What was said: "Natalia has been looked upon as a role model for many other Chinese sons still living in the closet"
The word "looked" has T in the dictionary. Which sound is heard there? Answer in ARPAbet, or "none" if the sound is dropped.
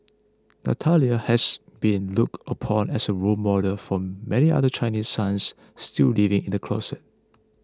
T